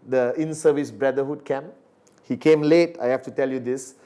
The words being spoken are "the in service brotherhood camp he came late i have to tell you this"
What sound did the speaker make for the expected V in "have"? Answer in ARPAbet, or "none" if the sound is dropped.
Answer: F